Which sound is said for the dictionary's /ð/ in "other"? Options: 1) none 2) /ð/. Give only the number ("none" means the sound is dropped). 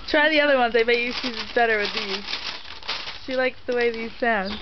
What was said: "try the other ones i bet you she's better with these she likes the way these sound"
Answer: 2